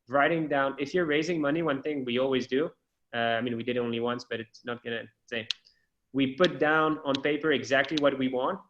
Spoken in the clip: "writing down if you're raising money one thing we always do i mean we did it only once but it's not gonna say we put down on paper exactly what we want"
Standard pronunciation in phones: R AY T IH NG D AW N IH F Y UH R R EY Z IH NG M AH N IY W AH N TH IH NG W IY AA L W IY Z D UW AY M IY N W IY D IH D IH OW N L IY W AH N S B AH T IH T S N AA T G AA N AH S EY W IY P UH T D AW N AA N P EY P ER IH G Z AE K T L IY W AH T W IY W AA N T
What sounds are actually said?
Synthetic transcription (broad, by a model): R AY T IH NG D AW N IH F Y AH R R EY Z IH NG M AH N IY W AH N TH IH NG W IY AA L W IY Z D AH AY M IY N W IY D IH D IH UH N L IY W AH N S B AH T IH T S N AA T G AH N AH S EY W IY P UH T D AW N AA N P EY P ER IH G Z AE K T L IY W AH T W IY W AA N T